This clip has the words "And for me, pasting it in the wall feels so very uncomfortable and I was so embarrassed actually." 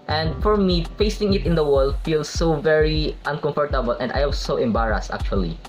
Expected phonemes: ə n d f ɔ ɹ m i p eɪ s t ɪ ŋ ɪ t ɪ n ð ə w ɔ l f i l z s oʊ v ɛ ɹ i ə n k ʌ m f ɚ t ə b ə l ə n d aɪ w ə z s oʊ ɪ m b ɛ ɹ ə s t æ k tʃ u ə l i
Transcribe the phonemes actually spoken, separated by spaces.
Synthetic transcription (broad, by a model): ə n d f ɔ ɹ m i f eɪ s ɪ ŋ ɪ t ɪ n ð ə w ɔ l f i l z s oʊ v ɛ ɹ i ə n k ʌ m f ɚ t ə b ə l ə n d aɪ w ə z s oʊ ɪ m b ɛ ɹ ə s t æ k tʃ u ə l i